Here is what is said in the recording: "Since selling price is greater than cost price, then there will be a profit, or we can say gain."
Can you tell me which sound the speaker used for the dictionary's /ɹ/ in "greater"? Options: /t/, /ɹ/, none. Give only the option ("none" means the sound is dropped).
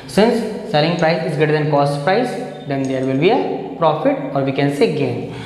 none